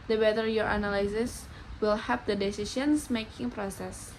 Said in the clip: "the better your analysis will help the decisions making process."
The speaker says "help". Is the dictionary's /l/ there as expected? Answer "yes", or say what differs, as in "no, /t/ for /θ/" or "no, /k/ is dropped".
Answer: no, /l/ is dropped